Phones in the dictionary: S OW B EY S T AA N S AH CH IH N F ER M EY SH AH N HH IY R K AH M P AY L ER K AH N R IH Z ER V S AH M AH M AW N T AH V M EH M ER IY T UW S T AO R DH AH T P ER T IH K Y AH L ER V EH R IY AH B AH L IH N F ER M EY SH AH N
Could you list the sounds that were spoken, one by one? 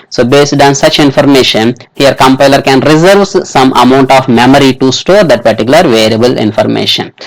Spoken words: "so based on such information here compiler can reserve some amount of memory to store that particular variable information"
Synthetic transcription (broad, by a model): S OW B EY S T AA N S AH CH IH N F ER M EY SH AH N HH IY R K AH M P AY L ER K AH N R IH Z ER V S AH M AH M AW N T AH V M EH M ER IY T UW S T AO R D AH T P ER T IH K Y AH L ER V EH R IY AH B AH L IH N F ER M EY SH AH N